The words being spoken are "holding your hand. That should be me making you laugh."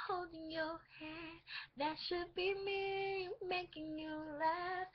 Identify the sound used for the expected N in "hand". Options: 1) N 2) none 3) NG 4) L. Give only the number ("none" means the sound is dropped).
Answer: 2